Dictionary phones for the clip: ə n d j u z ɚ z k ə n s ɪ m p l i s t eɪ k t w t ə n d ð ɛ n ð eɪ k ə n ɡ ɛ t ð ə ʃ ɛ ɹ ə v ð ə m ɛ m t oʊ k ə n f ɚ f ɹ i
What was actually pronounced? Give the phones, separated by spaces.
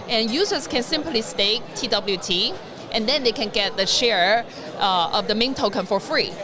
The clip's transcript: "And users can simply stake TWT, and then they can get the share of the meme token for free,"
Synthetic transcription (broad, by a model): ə n j u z ɚ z k ə n s ɪ m p l i s t eɪ k t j t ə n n ð ɛ n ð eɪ k ə n ɡ ɛ t ð ə ʃ ɛ ɹ ə v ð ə m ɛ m t oʊ k ə n f ɚ f ɹ i